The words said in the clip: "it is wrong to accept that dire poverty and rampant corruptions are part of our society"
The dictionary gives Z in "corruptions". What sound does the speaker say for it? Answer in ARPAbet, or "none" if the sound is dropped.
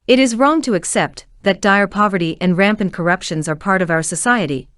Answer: Z